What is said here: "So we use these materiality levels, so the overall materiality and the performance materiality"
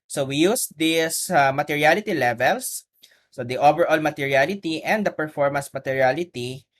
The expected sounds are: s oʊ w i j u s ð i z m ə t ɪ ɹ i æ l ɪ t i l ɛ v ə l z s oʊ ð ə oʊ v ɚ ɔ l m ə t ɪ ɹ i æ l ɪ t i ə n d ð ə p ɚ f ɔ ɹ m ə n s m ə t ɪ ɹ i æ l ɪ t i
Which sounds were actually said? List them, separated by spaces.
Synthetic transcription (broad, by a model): s oʊ w i j u s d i s m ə t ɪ ɹ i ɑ l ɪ t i l ɛ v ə l s oʊ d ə oʊ v ɚ ɔ l m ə t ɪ ɹ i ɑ l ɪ t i ə n d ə p ɚ f ɔ ɹ m ə n s m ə t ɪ ɹ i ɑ l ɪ t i